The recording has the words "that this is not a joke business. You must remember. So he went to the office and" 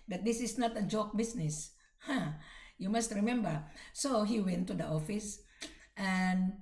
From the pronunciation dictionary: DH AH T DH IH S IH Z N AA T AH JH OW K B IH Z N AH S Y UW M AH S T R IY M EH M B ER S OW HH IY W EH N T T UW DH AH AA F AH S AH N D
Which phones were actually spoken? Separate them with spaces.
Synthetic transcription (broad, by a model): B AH T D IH S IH S N AA T AH JH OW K B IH S N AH S Y UW M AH S T R IY M EH M B ER S OW HH IY W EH N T T UW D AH AA F AH S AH N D